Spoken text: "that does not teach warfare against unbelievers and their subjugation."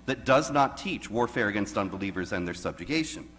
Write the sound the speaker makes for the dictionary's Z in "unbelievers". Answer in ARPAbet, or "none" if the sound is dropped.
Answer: Z